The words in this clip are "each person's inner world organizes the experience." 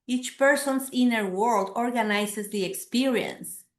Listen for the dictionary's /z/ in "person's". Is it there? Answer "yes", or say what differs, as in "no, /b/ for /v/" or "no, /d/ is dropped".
no, /s/ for /z/